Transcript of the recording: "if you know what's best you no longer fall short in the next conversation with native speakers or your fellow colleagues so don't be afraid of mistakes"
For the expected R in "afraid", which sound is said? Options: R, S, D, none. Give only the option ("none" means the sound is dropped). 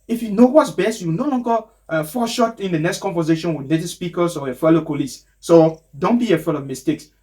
none